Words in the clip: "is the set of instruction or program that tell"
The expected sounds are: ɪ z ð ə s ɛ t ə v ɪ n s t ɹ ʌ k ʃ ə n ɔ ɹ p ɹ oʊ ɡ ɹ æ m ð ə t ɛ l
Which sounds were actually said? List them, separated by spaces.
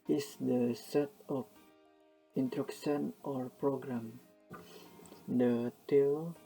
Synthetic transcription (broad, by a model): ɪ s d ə s ɛ t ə f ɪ n t ɹ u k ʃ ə n ɔ ɹ p ɹ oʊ ɡ ɹ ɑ m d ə t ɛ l